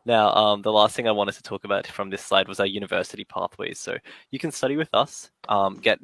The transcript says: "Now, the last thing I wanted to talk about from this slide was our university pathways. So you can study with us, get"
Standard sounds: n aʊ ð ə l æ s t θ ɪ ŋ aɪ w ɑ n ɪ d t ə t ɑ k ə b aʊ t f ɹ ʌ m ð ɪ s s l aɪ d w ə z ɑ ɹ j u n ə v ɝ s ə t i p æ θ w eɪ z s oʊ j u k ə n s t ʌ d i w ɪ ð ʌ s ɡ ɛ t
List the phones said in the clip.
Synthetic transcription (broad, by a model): n aʊ ð ə l æ s t θ ɪ ŋ aɪ w ɑ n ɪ d t ə t ɑ k ə b aʊ t f ɹ ʌ m ð ɪ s s l aɪ d w ə z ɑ j u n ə v ɝ s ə t i p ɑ θ w eɪ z s oʊ j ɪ k ə n s t ʌ d i w ɪ ð ʌ s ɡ ɛ t